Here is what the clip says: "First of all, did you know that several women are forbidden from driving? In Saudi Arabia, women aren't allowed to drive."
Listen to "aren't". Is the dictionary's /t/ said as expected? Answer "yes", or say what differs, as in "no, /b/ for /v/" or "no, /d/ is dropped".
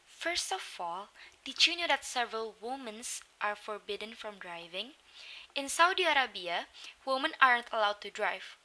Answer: yes